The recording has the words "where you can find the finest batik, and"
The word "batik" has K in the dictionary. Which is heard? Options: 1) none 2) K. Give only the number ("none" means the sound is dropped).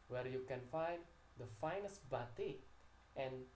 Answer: 1